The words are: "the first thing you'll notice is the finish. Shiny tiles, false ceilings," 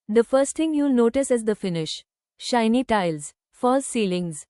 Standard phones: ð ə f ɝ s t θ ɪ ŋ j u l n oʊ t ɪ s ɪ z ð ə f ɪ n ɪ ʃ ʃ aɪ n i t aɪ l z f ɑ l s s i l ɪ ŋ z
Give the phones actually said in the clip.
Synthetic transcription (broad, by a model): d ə f ɝ s t t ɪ ŋ j u l n oʊ t ɪ s ɪ z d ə f ɪ n ɪ ʃ ʃ aɪ n i t aɪ l z f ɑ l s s i l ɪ ŋ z